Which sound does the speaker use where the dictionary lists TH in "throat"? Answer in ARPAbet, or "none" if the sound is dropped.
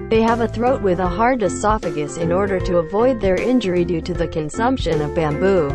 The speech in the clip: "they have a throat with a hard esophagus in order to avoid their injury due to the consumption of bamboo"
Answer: TH